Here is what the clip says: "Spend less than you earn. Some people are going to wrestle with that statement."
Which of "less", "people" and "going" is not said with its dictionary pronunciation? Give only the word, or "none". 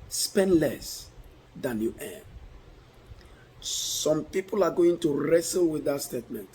none